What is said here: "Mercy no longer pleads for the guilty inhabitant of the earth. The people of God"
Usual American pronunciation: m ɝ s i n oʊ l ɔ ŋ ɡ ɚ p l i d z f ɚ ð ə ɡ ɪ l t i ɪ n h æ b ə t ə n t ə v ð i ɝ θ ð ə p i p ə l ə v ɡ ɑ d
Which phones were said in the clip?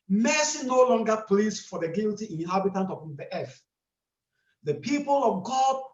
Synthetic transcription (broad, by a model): m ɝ s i n oʊ l ɔ ŋ ɡ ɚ p l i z f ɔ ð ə ɡ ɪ l t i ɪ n h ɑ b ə t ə n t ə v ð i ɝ f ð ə p i p ə l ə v ɡ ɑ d